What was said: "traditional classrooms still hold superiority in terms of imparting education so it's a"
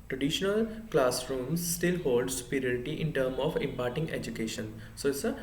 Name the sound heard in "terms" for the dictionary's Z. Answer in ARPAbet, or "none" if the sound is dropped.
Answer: none